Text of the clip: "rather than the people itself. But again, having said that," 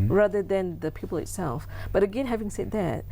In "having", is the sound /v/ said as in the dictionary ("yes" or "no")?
yes